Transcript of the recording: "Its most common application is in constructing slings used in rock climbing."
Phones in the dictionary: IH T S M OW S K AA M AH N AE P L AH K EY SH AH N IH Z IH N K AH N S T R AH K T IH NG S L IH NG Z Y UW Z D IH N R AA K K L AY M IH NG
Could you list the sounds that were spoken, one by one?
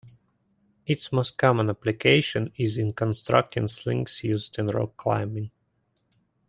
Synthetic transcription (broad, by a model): IH T S M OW S K AA M AH N AE P L AH K EY SH AH N IH Z IH N K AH N S T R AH K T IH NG S L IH NG S Y UW Z D IH N R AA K K L AY M IH NG